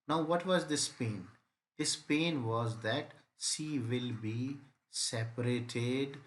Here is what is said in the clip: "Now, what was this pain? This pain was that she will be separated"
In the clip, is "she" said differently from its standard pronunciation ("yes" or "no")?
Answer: yes